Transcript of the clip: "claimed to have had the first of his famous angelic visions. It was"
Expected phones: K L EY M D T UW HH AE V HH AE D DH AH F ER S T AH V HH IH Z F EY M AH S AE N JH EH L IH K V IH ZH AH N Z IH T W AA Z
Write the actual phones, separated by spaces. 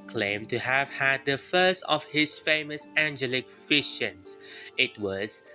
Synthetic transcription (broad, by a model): K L EY M T UW HH AE V HH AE D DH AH F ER S T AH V HH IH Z F EY M AH S AE N JH EH L IH K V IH SH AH N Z IH T W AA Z